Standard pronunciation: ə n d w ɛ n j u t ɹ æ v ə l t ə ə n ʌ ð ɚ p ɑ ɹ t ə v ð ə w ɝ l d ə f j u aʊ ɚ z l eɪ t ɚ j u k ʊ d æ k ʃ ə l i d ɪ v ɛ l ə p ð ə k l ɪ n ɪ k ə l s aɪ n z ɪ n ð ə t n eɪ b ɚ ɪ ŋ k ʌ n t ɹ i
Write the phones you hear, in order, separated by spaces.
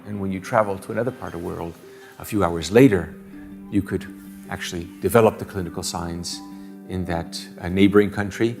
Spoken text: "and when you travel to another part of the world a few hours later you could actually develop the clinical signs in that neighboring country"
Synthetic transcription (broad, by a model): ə n w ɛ n j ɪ t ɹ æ v l t ə ə n ʌ ð ɚ p ɑ ɹ t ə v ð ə w ɝ l d ə f j u aʊ ɚ z l eɪ t ɚ j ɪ k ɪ d æ k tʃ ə l i d ɪ v ɛ l ə p ð ə k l ɪ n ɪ k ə l s aɪ n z ɪ n ð ə t n eɪ b ɚ ɪ ŋ k ʌ n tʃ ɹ i